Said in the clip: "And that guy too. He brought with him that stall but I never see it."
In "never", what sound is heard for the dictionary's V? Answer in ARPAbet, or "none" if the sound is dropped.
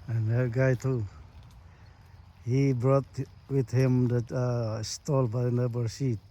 B